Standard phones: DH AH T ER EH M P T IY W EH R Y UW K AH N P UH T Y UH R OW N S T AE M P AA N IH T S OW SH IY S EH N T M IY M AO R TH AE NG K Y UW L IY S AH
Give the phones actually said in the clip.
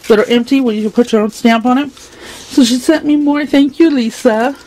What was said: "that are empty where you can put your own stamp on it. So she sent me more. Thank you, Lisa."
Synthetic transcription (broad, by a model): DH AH T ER EH M P T IY W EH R Y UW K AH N P UH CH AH R OW N S T AE M P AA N IH T S OW SH IY S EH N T M IY M AO R TH AE NG K Y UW L IY S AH